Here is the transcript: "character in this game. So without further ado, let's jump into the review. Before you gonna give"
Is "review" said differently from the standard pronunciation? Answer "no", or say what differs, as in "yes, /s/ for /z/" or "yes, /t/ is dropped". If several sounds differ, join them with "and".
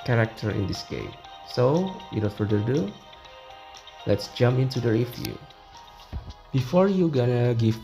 yes, /f/ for /v/